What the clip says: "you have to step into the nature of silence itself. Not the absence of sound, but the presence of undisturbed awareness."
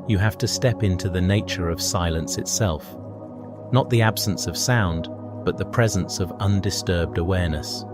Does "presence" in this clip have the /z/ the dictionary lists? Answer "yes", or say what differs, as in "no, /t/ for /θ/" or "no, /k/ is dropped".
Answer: yes